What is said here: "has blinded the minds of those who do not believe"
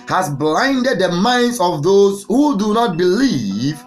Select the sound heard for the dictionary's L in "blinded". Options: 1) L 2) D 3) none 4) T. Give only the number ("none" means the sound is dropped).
1